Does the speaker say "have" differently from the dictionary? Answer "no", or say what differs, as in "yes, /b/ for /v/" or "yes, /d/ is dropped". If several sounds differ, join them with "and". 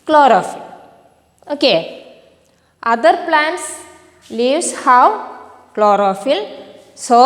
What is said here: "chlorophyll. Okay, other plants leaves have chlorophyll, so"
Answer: yes, /w/ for /v/